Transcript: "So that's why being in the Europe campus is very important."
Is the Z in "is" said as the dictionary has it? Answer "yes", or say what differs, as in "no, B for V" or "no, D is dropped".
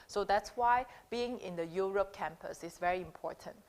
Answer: no, S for Z